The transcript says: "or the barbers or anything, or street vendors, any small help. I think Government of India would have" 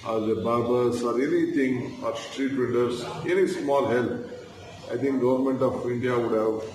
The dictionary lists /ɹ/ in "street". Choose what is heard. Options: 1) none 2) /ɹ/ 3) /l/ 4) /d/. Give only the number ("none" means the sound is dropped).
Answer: 2